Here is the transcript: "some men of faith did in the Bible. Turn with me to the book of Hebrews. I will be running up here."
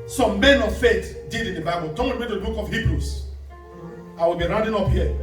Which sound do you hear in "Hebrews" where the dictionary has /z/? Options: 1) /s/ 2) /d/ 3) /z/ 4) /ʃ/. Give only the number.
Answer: 1